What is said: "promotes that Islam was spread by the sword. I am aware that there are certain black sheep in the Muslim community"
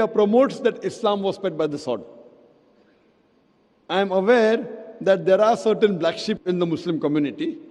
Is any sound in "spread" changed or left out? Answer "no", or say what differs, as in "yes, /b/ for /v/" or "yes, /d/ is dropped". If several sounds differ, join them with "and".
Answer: yes, /ɹ/ is dropped